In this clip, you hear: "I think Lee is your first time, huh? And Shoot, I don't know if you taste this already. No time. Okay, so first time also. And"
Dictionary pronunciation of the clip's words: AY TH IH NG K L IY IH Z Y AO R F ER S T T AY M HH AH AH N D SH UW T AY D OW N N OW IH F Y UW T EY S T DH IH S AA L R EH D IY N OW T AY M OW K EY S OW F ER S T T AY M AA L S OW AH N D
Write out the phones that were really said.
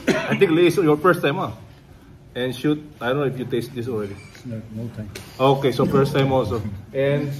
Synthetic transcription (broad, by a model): AY T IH NG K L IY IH S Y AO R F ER S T T AY M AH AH N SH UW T AY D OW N N OW IH F Y UW T EY S T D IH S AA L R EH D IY N OW T AY M OW K EY S OW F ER S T T AY M AA L S OW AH N